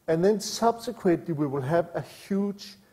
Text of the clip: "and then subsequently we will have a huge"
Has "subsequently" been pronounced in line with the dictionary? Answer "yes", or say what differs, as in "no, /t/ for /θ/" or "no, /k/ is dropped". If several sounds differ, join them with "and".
no, /n/ is dropped